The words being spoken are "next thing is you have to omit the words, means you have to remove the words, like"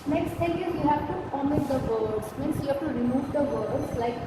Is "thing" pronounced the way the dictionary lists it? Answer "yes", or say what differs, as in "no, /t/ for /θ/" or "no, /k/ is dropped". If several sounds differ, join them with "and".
no, /t/ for /θ/